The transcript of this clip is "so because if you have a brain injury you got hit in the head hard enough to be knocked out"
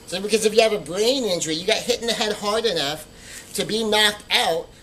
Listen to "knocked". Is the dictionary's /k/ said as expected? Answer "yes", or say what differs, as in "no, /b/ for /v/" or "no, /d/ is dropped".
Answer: yes